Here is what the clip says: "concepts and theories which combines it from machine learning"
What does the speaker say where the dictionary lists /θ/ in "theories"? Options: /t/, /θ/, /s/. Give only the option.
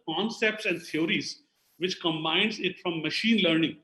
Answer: /t/